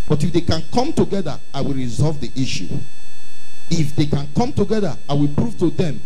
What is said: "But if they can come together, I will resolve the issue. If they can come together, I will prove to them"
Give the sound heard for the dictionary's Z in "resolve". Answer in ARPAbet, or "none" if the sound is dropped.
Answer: Z